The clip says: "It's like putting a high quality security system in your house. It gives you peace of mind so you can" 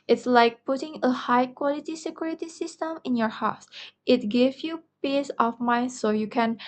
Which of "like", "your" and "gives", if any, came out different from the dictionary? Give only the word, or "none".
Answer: gives